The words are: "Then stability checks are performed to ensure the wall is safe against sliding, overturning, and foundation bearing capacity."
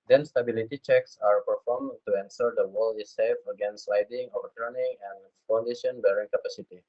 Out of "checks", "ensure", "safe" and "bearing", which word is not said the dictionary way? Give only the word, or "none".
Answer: ensure